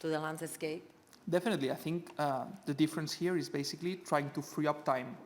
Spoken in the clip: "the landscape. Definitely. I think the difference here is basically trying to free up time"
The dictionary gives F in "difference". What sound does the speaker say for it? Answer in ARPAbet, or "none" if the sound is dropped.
F